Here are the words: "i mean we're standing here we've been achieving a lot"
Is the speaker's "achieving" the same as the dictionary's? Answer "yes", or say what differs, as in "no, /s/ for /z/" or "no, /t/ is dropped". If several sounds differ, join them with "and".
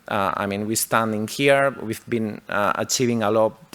yes